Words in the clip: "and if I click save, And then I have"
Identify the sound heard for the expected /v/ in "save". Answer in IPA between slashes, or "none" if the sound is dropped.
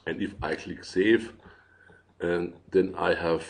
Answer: none